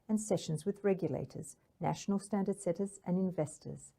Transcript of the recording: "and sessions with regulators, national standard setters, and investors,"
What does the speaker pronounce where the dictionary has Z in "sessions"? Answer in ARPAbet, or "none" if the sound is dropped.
Z